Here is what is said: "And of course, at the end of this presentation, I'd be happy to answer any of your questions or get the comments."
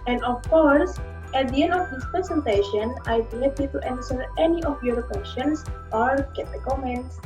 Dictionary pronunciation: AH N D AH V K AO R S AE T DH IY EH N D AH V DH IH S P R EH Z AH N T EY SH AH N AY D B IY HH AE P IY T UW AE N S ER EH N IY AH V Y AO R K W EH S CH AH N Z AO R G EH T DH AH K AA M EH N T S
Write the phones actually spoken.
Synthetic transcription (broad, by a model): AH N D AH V K AO R S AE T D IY EH N D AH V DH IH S P R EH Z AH N T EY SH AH N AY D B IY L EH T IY T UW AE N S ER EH N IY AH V Y AO R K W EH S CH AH N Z AO R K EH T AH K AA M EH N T S